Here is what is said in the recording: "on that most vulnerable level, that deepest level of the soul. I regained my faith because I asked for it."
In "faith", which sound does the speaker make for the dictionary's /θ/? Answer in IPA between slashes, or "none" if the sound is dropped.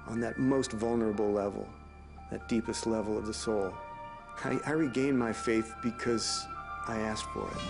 /θ/